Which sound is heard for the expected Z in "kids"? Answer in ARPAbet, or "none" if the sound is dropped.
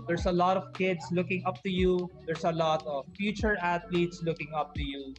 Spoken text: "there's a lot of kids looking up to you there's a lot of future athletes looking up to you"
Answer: S